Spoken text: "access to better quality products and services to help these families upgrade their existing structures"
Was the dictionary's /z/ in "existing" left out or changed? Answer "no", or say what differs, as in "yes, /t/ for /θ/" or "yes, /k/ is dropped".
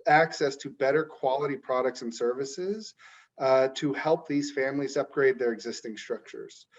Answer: no